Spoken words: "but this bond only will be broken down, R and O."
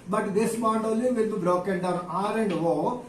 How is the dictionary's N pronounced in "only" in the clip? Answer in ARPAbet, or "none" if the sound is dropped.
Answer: none